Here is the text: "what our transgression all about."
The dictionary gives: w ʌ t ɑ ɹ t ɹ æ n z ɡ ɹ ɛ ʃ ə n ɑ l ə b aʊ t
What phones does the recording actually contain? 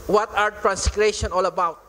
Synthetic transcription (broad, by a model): w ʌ t ɑ ɹ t ɹ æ n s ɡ ɹ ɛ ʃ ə n ɑ l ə b aʊ t